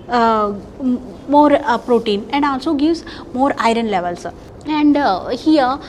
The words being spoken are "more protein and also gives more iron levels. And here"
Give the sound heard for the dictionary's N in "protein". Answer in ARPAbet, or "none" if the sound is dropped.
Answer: N